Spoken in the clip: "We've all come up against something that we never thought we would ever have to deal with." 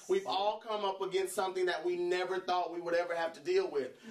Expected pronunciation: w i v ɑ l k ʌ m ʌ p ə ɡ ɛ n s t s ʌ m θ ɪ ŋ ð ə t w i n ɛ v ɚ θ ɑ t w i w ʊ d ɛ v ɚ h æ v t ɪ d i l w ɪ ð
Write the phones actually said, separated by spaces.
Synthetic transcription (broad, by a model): w i v ɑ l k ʌ m ʌ p ə ɡ ɛ n s t s ʌ m θ ɪ ŋ ð ə t w i n ɛ v ɚ θ ɑ t w i w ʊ d ɛ v ɚ h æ f t ɪ d i l w ɪ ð